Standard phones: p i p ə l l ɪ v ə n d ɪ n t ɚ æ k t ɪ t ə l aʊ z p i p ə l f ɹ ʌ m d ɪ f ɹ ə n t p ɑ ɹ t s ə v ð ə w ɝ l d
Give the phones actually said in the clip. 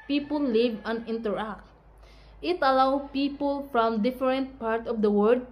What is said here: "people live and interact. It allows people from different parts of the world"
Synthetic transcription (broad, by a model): p i p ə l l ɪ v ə n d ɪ n t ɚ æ k t ɪ t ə l aʊ p i p ə l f ɹ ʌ m d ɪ f ɹ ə n t p ɑ ɹ t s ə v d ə w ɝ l d